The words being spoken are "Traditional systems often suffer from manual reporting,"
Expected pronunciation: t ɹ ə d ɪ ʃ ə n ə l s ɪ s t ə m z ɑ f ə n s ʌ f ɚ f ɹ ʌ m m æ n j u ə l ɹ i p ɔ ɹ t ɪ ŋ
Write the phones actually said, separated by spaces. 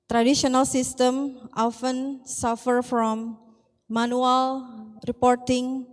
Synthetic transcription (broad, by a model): t ɹ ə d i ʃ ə n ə l s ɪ s t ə m ɑ f ə n s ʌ f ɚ f ɹ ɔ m m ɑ n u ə l ɹ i p ɔ ɹ t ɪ ŋ